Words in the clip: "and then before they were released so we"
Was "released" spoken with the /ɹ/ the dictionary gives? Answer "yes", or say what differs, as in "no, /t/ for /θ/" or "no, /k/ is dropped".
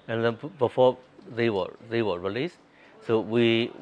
yes